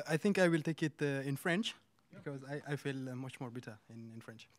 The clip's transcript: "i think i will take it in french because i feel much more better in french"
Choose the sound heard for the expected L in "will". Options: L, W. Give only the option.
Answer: L